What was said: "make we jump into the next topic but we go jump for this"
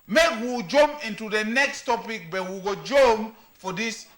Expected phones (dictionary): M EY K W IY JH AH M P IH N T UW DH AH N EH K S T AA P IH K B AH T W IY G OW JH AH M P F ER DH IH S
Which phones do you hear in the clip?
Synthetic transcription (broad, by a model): M EY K W IY JH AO M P IH N T UW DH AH N EH K S T AA P IH K B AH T W IY G OW JH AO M F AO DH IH S